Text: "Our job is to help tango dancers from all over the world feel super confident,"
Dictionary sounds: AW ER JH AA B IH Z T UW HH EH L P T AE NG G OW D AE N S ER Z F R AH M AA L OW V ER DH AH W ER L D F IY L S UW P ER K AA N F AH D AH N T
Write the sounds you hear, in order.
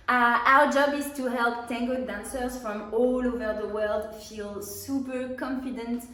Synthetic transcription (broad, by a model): AW ER JH AA B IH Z T UW HH EH L P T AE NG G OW D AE N S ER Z F R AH M AA L OW V ER DH AH W ER L D F IY L S UW P ER K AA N F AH D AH N T